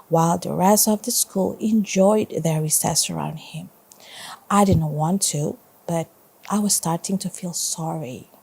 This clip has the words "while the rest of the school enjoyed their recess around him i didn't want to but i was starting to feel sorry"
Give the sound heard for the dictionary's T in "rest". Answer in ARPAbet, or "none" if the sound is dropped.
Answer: none